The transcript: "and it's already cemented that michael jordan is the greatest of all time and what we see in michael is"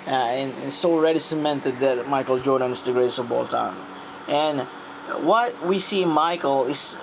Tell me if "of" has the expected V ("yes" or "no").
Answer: no